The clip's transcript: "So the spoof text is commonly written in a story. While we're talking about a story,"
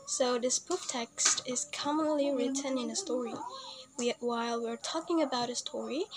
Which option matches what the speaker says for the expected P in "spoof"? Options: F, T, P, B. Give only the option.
B